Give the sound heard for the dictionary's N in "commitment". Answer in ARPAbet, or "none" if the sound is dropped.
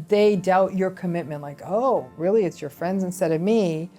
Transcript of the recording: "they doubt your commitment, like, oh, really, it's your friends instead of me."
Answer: N